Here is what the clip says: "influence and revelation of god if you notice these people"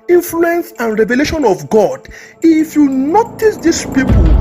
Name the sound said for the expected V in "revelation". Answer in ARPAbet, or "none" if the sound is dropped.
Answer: V